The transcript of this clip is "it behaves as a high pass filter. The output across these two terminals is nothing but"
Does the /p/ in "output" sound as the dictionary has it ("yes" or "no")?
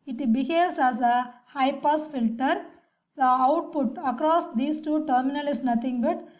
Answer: yes